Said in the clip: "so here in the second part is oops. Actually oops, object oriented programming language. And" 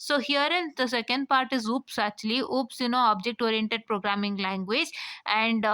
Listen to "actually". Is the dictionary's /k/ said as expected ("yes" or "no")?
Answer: no